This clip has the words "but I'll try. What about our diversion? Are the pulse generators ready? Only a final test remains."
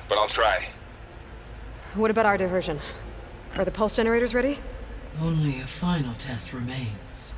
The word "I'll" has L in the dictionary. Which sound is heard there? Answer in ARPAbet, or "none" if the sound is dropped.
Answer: L